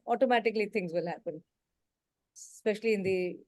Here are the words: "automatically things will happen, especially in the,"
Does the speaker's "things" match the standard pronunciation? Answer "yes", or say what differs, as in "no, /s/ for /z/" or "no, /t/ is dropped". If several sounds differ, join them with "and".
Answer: no, /t/ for /θ/